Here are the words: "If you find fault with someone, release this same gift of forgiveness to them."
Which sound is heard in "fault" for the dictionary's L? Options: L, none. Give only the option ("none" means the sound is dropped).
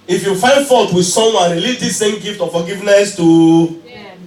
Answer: none